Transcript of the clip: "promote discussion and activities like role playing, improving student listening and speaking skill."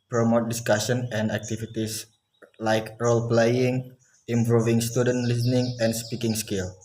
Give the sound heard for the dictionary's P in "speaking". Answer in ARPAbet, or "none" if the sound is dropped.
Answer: P